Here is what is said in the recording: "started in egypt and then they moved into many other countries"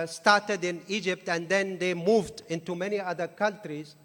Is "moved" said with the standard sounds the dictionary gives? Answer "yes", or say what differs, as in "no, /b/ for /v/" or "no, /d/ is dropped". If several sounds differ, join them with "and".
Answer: yes